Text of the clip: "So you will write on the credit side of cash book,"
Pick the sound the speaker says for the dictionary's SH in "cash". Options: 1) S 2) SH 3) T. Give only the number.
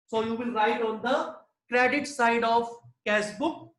1